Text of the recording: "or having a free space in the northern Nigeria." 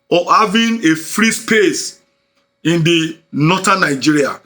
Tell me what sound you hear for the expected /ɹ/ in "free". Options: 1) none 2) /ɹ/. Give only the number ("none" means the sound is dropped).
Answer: 2